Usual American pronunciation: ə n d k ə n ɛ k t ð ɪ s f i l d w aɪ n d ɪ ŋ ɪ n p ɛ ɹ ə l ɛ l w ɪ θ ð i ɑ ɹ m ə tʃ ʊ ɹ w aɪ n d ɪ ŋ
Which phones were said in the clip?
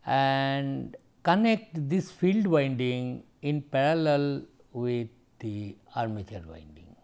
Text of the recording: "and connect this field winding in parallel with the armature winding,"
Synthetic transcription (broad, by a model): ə n d k ə n ɛ k t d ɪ s f i l d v aɪ n d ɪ ŋ ɪ n p ɛ ɹ ə l ɛ l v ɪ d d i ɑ ɹ m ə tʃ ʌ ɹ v aɪ n d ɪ ŋ